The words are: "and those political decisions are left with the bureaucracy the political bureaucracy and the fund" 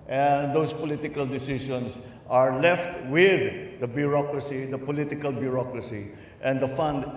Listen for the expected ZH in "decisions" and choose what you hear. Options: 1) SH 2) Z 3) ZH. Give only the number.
1